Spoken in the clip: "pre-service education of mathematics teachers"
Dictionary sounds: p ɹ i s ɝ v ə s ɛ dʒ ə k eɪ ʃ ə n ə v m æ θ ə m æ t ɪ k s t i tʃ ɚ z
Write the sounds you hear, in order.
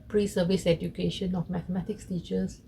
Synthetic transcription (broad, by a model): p ɹ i s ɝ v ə s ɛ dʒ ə k eɪ ʃ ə n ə f m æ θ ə m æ t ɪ k s t i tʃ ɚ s